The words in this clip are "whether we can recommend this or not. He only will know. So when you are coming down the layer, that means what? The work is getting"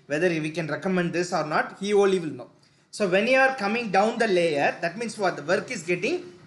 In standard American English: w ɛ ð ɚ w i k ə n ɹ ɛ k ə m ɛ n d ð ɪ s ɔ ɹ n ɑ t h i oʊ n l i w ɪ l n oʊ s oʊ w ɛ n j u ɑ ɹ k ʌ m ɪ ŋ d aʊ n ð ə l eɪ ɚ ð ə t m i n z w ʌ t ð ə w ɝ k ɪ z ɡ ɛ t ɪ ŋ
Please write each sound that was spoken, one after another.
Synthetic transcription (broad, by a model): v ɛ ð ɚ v i k ə n ɹ ɛ k ə m ɛ n d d ɪ s ɔ ɹ n ɑ t h i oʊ l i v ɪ l n oʊ s oʊ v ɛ n j u ɑ ɹ k ʌ m ɪ ŋ d aʊ n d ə l eɪ ɚ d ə t m i n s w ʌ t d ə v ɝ k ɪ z ɡ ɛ t ɪ ŋ